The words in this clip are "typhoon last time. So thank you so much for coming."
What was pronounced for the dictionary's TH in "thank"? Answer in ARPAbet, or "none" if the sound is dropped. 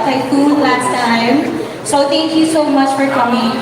T